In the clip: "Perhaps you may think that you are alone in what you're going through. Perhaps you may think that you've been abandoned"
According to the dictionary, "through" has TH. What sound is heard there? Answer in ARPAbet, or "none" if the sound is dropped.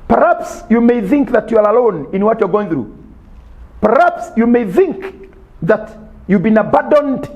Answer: TH